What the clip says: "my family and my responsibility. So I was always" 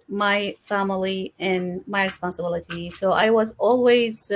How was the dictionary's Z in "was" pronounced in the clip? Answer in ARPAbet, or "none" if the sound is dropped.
Z